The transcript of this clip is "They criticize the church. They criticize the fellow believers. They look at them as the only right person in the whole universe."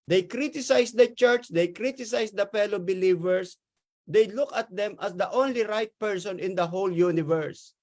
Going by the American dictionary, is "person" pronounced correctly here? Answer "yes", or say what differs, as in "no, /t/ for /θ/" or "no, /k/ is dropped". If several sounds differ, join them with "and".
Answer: yes